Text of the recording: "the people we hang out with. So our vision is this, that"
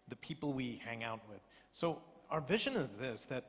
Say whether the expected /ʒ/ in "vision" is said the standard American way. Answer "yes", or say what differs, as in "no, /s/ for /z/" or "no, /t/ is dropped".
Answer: yes